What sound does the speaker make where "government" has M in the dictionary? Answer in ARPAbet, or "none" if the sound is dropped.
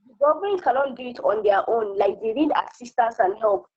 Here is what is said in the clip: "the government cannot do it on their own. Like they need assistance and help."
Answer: none